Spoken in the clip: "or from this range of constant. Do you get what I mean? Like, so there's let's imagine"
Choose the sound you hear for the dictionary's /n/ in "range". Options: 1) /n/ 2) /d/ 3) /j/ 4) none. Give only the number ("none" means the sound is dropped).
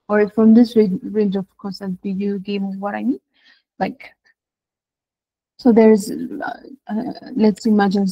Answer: 1